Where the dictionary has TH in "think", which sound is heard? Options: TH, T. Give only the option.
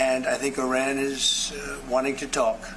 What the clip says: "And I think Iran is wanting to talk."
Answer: TH